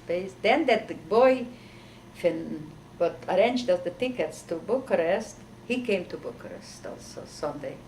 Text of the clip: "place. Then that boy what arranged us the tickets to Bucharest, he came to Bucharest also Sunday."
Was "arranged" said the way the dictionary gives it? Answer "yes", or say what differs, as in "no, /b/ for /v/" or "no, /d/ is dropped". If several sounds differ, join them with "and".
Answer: yes